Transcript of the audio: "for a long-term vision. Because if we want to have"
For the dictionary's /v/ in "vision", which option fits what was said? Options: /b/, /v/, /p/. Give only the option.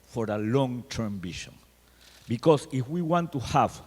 /b/